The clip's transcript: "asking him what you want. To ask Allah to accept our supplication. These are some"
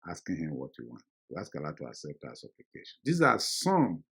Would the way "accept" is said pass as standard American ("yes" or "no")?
no